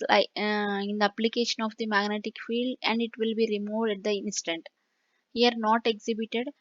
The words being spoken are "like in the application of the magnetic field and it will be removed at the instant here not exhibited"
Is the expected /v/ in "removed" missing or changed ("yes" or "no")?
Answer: no